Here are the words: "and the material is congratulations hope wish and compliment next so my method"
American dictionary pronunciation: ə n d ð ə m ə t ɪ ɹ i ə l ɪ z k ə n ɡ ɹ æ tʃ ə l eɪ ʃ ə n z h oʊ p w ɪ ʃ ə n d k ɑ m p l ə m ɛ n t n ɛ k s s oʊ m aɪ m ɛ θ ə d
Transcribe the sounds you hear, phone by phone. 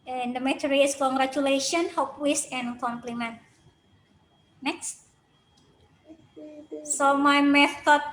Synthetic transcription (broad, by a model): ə n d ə m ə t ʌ ɹ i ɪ s k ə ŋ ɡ ɹ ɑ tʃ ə l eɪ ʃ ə n h oʊ p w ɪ s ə n k ɑ m p l ə m ɛ n t n ɛ k s s oʊ m aɪ m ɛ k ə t